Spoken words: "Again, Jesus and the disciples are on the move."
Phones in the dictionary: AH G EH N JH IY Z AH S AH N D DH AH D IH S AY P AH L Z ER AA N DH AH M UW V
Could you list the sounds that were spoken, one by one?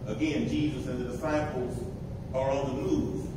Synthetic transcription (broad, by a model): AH G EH N JH IY Z AH S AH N DH AH D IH S AY P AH L Z ER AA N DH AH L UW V